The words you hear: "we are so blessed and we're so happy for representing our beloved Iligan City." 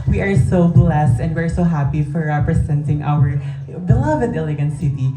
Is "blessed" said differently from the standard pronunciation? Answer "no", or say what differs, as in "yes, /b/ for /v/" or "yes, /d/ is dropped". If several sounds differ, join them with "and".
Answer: no